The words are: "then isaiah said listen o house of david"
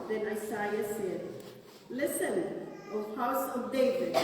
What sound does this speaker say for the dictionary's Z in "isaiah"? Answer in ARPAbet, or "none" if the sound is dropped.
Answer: S